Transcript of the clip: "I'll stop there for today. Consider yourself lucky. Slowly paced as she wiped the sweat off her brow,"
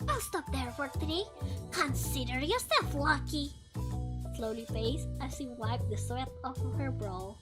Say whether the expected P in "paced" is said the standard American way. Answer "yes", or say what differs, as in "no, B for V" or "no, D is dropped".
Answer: no, F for P